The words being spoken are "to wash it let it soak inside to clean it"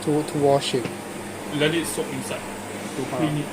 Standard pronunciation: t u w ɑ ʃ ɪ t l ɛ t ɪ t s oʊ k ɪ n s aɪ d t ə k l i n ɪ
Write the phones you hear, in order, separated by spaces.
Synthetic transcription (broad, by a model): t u w ɑ ʃ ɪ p l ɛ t ɪ t s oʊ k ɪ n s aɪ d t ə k i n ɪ